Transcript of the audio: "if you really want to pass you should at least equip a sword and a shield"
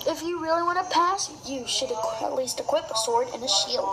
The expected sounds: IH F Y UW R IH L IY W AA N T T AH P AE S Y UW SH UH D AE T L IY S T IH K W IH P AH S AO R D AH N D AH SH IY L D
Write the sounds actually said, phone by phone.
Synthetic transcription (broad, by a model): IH F Y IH R IH L IY W AA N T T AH P AE S Y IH SH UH D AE T L IY S T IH K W IH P AH S AO R D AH N AH SH IY L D